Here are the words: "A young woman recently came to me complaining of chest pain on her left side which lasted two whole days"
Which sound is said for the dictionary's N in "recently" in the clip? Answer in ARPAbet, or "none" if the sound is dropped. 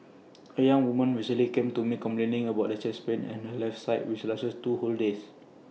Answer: none